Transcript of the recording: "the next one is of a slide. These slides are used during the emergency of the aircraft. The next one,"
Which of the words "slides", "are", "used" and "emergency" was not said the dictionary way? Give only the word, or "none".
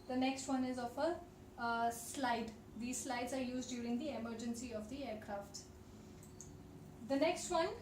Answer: none